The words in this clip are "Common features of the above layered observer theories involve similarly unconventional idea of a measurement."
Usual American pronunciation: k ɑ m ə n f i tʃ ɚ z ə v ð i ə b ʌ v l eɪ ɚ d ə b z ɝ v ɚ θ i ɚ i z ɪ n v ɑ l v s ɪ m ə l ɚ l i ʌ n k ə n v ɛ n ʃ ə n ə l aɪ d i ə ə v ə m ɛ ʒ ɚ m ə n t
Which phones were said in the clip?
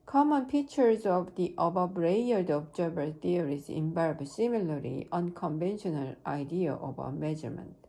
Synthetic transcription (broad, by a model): k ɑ m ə n p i tʃ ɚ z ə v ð i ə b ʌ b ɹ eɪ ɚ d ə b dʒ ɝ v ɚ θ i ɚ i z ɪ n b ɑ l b s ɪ m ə l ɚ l i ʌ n k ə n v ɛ n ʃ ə n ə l aɪ d i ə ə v ə m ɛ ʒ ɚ m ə n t